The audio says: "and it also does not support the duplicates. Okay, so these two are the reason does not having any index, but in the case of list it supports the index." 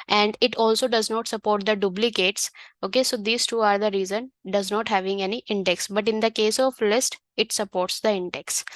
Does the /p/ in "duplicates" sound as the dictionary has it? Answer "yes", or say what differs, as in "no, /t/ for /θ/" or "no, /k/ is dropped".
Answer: no, /b/ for /p/